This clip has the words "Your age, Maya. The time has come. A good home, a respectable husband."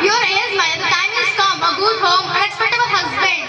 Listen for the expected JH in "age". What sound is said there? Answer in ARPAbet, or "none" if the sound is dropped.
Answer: Z